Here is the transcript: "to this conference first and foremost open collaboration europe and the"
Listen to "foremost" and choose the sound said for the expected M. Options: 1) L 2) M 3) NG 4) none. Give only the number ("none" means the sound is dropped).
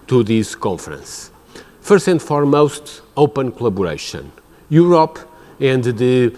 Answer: 2